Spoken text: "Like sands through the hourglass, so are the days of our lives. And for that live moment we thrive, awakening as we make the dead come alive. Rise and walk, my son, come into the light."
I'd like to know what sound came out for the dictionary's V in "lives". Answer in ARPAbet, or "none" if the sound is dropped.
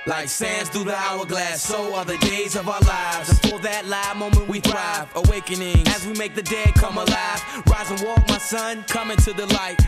V